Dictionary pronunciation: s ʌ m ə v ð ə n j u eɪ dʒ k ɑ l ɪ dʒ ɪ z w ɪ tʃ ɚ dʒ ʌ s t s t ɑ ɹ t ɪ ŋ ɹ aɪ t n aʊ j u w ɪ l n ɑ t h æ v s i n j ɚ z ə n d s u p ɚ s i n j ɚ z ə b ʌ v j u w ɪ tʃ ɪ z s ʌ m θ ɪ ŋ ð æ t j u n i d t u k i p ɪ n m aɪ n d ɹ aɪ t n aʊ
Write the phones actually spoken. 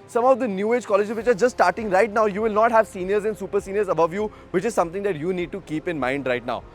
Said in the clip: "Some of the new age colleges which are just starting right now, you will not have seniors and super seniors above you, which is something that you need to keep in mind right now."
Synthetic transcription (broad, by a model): s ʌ m ə v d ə n j u eɪ dʒ k ɑ l ɪ dʒ ɪ z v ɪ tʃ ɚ dʒ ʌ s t s t ɑ ɹ t ɪ ŋ ɹ aɪ t n aʊ j u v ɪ l n ɑ t h æ v s i n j ɚ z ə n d s u p ɚ s i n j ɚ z ə b ʌ v j u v ɪ tʃ ɪ z s ʌ m t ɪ ŋ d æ t j u n i d t u k i p ɪ n m aɪ n d ɹ aɪ t n aʊ